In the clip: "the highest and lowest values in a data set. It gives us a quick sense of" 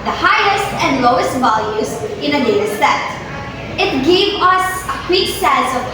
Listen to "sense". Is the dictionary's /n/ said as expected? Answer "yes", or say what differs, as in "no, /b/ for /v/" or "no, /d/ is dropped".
no, /n/ is dropped